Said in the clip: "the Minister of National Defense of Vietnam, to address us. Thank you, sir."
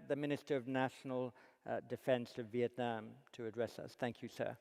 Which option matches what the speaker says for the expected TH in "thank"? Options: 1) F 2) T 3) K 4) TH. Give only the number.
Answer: 4